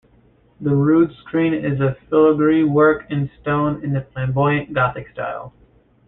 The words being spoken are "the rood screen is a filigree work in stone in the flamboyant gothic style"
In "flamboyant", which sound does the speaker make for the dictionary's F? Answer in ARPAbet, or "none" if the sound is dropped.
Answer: P